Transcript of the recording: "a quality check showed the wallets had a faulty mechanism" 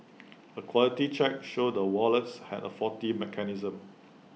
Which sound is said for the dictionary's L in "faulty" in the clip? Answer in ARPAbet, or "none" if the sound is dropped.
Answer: none